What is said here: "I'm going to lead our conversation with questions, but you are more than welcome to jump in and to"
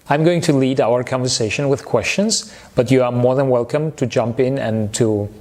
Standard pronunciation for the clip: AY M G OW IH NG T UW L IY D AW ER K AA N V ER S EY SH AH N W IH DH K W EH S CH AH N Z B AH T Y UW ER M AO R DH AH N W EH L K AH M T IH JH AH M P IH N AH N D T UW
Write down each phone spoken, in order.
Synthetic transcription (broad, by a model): AY M G OW IH NG T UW L IY D AW ER K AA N V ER S EY SH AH N W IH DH K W EH S CH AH N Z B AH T Y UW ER M AO R DH AH N W EH L K AH M T IH JH AH M P IH N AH N T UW